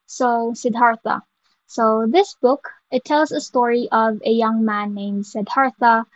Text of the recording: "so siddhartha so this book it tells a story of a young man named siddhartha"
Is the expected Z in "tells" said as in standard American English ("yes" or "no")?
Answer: yes